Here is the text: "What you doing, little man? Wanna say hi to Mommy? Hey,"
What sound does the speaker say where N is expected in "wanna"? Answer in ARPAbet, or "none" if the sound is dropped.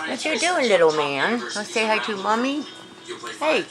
none